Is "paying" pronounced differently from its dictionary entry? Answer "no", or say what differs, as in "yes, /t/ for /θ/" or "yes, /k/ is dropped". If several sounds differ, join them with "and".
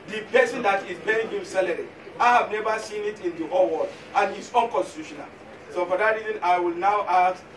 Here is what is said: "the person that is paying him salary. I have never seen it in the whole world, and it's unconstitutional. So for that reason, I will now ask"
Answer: yes, /b/ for /p/